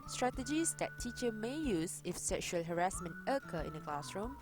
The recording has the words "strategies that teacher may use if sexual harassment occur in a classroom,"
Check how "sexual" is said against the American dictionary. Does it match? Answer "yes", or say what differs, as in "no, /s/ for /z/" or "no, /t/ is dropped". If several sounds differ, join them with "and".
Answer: yes